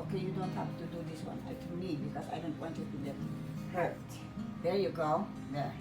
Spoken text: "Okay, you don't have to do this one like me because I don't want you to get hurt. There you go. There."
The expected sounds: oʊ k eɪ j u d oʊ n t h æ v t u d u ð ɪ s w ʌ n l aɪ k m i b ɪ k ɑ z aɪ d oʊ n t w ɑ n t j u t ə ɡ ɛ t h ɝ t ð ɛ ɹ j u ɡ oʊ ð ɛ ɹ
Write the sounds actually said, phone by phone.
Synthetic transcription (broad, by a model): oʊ k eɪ j u d oʊ n t h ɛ f t u d u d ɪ s w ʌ n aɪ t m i b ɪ k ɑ s aɪ d oʊ n t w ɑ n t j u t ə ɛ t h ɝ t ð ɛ j u ɡ oʊ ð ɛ